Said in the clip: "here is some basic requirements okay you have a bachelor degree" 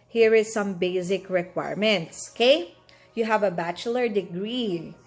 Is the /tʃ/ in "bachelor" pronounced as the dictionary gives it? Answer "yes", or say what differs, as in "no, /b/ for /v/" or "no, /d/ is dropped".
yes